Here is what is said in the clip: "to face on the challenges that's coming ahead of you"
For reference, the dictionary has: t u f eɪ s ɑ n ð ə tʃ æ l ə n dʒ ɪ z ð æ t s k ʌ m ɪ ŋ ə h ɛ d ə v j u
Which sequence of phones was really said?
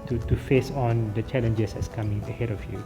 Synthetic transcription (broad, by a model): t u f eɪ s ɑ n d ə tʃ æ l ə n dʒ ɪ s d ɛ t s k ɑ m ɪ ŋ ə h ɛ d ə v j u